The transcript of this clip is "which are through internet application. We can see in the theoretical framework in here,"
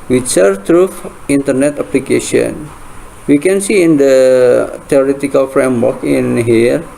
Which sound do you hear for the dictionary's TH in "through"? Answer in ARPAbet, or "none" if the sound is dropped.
F